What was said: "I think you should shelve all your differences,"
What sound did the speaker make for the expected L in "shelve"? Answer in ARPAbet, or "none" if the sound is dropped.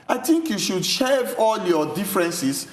none